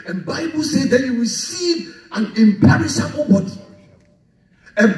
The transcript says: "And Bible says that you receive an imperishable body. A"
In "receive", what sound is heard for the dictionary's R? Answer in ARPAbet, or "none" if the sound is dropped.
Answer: W